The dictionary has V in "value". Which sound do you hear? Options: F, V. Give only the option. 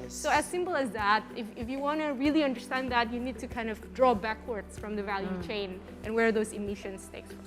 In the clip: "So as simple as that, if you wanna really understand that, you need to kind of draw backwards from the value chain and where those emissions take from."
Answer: V